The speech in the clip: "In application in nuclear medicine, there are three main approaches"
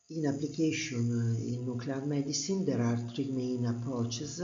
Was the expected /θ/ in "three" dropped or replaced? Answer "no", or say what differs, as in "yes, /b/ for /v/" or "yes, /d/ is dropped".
yes, /t/ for /θ/